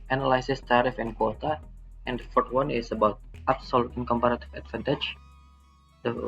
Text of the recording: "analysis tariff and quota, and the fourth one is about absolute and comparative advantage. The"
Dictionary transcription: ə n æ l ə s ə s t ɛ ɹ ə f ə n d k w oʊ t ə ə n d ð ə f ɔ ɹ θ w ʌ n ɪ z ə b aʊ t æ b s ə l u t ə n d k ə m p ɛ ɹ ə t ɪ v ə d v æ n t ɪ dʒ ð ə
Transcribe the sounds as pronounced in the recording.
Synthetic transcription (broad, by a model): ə n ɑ l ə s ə s t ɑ ɹ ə f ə n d k w oʊ t ə ə n d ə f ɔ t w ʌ n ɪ s ə b aʊ t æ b s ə l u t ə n k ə m p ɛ ɹ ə t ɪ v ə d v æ n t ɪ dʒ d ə